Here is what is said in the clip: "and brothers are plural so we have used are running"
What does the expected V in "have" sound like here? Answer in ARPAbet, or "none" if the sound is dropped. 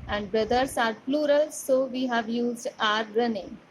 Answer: V